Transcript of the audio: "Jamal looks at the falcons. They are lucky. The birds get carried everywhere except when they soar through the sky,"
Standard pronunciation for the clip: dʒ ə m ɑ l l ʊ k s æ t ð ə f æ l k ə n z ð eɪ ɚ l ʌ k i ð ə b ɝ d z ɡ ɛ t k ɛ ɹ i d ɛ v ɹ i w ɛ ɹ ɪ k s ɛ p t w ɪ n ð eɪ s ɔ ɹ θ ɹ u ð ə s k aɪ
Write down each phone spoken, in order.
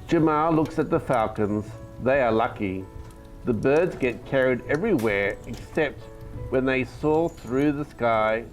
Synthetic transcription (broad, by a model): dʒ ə m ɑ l l ʊ k s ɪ t ð ə f æ l k ə n z ð eɪ ɚ l ʌ k i ð ə b ɝ d z ɡ ɛ t k ɛ ɹ i d ɛ v ɹ i w ɛ ɹ ɪ k s ɛ p t w ɪ n ð eɪ s ɔ θ ɹ u ð ə s k aɪ